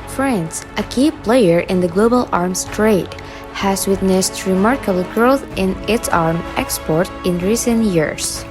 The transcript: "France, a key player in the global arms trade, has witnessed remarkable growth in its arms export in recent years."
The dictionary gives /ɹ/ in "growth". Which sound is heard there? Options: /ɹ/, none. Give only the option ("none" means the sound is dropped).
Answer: /ɹ/